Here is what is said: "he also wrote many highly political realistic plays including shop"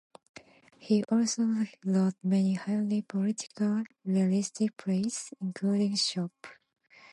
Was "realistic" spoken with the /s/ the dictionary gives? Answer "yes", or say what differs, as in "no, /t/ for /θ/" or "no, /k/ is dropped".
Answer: yes